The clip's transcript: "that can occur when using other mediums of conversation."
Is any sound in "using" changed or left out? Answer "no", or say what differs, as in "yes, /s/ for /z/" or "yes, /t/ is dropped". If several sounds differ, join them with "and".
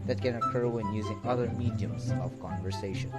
no